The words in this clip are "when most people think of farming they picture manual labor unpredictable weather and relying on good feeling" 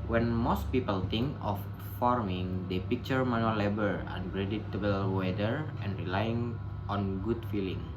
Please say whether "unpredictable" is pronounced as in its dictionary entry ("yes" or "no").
no